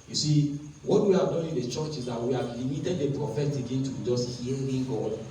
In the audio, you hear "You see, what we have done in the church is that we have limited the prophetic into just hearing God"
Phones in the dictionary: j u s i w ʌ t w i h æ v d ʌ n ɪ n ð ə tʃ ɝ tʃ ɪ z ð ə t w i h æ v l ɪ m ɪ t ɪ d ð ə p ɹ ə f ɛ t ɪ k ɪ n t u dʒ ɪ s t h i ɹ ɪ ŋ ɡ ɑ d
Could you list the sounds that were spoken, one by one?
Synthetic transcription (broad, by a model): j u s i w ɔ t w i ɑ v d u ɪ n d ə tʃ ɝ tʃ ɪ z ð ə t w i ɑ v l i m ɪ t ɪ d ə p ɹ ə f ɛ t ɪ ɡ ɪ n t u dʒ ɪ s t h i l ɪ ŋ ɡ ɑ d